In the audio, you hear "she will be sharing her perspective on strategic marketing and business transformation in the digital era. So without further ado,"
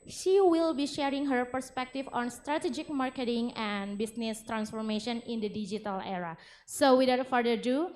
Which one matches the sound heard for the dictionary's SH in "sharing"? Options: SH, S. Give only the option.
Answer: SH